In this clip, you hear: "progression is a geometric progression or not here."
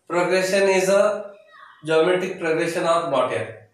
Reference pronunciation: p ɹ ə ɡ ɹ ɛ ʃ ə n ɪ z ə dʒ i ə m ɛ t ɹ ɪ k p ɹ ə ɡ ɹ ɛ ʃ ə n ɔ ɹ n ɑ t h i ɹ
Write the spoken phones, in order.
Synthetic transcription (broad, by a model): p ɹ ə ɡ ɹ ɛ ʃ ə n ɪ z ə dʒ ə m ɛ t ɪ k p ɹ ə ɡ ɹ ɛ ʃ ə n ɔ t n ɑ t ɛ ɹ